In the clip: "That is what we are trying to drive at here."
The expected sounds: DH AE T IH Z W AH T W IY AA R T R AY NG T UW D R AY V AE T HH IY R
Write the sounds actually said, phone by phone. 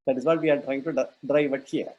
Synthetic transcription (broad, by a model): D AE T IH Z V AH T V IY AA R T R AY NG T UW D R AY V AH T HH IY R